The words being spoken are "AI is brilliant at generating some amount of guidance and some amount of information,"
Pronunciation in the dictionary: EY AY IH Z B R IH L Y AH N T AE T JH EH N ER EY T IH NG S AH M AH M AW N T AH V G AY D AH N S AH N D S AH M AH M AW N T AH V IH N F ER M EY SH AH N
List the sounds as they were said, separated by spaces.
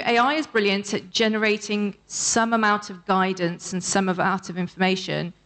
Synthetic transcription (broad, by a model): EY AY IH Z B R IH L Y AH N T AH T JH EH N ER EY T IH NG S AH M AH M AW N T AH V G AY D N S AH N S AH M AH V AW T AH V IH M F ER M EY SH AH N